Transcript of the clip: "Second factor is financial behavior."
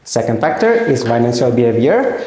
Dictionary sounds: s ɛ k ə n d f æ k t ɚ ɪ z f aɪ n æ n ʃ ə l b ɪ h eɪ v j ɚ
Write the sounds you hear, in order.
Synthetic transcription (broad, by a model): s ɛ k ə n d f æ k t ɚ ɪ z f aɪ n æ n s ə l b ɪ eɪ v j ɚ